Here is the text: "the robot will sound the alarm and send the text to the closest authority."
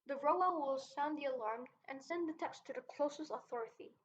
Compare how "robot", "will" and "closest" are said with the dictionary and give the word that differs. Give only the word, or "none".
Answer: robot